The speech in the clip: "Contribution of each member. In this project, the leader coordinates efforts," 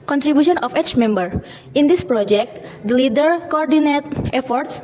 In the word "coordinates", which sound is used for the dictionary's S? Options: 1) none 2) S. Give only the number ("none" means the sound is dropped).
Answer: 1